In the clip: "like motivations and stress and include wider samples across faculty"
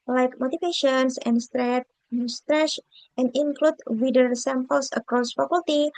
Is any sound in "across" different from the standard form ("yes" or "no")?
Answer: no